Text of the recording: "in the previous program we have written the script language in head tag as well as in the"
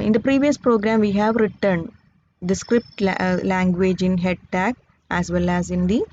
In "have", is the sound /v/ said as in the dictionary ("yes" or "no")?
yes